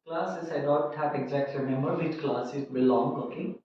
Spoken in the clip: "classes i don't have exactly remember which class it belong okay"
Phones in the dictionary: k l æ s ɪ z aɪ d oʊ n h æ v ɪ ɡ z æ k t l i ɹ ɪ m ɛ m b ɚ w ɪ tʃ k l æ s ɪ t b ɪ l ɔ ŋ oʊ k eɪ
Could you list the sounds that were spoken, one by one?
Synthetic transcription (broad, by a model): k l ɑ s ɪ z aɪ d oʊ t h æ p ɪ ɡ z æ k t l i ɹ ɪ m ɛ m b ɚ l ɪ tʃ k l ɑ s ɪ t b ɪ l ɔ ŋ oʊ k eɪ